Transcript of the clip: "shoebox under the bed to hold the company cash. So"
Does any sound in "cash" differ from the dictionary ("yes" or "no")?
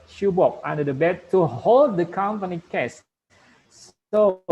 yes